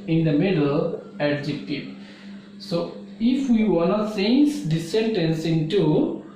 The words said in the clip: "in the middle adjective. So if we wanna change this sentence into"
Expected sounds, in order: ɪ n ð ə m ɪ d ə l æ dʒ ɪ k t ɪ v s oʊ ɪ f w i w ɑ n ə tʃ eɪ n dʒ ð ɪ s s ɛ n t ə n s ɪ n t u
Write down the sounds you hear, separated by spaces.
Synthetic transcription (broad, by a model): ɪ n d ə m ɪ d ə l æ dʒ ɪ k t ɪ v s oʊ ɪ f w i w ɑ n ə s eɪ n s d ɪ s s ɛ n t ə n s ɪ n t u